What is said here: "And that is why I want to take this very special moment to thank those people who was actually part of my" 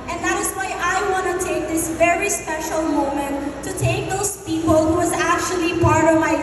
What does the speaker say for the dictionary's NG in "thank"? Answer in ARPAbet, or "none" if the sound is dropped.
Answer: none